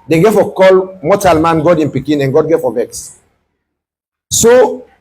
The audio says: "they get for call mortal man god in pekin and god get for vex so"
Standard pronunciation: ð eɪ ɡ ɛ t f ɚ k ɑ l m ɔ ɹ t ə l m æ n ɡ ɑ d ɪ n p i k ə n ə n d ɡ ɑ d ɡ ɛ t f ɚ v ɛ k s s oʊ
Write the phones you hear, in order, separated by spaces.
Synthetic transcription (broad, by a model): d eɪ ɡ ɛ f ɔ k ɑ l m ɔ t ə l m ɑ n ɡ ɑ d ɪ n p i k ə n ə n ɡ ɑ d ɡ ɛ f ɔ v ɛ k s s oʊ